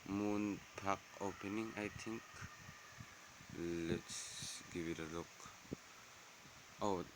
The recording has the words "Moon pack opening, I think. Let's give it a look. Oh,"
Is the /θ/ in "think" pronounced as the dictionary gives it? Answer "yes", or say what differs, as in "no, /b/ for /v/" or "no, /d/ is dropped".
no, /t/ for /θ/